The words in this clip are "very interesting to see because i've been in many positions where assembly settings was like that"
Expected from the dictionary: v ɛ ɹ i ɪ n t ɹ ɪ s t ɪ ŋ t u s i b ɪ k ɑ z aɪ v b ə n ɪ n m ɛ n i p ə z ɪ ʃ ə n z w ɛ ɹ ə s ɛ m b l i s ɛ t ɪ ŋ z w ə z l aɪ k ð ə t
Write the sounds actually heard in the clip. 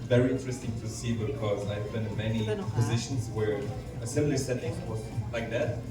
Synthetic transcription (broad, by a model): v ɛ ɹ i ɪ n t ɹ ɪ s t ɪ ŋ t u s i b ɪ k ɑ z aɪ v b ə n ɪ n m ɛ n i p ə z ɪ ʃ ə n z w ɛ ɹ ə s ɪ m l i s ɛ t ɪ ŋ w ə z l aɪ k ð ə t